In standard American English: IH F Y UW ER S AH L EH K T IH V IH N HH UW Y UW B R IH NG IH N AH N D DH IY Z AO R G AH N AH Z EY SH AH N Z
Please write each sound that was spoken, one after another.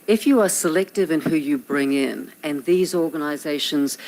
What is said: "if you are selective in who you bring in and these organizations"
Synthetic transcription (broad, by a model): IH F Y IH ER S AH L EH K T IH V IH N HH UW Y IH B R IH NG IH N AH N DH IY Z AO R G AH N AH Z EY SH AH N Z